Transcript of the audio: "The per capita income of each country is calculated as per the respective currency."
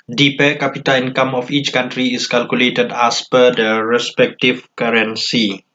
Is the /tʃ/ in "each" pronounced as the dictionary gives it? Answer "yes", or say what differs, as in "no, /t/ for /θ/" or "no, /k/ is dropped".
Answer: yes